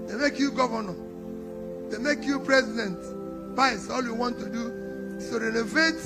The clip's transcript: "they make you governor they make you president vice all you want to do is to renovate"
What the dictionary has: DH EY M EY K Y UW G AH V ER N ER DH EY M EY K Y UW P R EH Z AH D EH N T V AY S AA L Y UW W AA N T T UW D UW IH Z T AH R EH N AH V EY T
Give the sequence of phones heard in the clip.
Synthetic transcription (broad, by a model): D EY M EY K Y UW G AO V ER N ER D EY M EY K Y UW P R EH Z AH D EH N T P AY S AA L Y UW W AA N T T UW D UW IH S T AH R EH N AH V EY T